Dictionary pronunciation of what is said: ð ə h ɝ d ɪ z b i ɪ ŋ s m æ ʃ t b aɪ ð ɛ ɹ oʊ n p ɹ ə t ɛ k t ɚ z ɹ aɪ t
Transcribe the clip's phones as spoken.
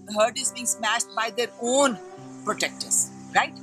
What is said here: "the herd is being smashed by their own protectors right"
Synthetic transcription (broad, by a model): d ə h ɝ d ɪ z b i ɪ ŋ s m æ ʃ t b aɪ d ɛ ɹ oʊ n p ɹ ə t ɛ k t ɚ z ɹ aɪ t